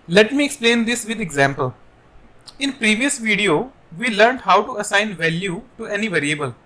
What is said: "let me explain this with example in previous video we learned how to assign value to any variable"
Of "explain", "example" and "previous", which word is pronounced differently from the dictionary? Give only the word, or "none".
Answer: none